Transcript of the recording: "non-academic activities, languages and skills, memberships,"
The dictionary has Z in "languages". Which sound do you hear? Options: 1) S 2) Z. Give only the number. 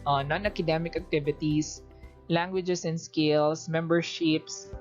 1